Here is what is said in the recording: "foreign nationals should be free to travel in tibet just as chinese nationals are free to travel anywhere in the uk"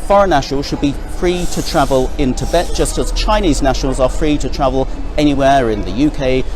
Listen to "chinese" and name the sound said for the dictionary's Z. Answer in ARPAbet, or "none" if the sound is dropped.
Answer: Z